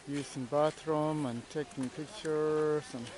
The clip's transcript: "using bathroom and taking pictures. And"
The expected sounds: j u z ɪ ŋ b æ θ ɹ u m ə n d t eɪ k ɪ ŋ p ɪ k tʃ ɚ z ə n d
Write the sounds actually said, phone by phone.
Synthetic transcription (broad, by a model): j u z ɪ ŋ b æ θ ɹ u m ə n t eɪ k ɪ ŋ p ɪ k tʃ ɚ s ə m